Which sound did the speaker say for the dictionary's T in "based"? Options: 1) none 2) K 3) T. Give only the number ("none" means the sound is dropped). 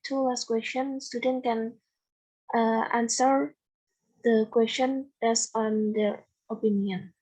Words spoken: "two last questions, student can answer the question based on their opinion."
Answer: 1